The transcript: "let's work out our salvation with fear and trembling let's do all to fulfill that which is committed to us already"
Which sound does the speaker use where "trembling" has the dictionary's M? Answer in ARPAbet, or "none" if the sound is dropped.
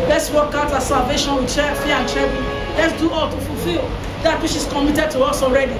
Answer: none